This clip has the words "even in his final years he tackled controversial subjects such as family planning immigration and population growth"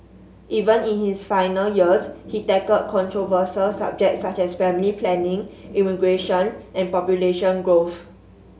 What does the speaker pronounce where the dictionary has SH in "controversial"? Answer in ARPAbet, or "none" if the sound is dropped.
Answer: S